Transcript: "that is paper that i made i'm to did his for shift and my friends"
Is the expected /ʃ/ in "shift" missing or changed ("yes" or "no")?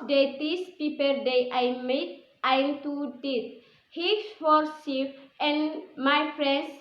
yes